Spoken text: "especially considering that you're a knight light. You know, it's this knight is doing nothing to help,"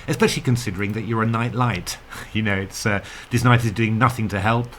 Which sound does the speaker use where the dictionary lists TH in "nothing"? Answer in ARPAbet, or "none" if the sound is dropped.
TH